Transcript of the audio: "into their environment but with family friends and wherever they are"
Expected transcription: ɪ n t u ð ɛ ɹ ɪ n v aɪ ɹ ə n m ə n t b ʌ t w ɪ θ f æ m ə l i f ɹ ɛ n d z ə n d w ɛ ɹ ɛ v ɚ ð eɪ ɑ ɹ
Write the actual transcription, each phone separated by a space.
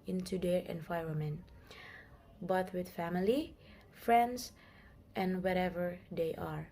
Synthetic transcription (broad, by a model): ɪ n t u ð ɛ ɹ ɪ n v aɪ ɹ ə m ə n b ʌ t w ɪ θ f æ m ə l i f ɹ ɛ n d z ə n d w ɛ ɹ ɛ v ɚ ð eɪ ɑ ɹ